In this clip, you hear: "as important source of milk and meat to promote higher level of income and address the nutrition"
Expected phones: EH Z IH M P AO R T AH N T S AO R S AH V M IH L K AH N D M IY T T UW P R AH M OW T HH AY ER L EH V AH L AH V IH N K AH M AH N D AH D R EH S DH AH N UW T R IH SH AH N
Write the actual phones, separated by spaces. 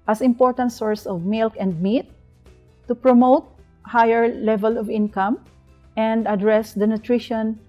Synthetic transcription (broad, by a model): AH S IH M P AO R T AH N T S AO R S AH V M IH L K AH N D M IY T T UW P R AH M OW T HH AY ER L EH V AH L AH V IH N K AH M AH N D AH D R EH S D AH N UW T R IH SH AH N